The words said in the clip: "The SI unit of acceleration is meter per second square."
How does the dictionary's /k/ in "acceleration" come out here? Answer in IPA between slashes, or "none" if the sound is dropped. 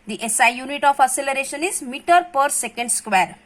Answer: none